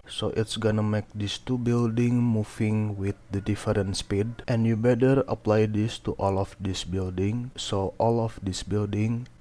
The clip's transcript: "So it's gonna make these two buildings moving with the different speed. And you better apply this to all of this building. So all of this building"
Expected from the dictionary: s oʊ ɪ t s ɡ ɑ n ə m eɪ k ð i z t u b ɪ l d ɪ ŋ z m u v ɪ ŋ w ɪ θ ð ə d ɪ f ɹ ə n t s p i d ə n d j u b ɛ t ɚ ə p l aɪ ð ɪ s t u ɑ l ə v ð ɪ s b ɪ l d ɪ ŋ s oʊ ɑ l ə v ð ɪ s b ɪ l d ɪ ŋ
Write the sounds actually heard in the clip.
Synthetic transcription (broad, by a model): s oʊ ɪ t s ɡ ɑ n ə m eɪ k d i s t u b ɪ l d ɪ ŋ m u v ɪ ŋ w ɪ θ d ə d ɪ f ɹ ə n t s p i d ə n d j u b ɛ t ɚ ə p l aɪ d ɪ s t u ɑ l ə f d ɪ s b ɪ l d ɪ ŋ s oʊ ɑ l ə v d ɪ s b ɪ l d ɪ ŋ